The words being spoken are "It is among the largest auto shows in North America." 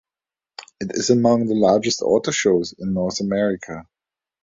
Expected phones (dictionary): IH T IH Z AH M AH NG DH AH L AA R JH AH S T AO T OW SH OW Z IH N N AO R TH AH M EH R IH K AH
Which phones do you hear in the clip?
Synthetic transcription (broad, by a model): IH T IH Z AH M AH NG DH AH L AA R JH AH S T AO T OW SH OW Z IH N N AO R TH AH M EH R IH K AH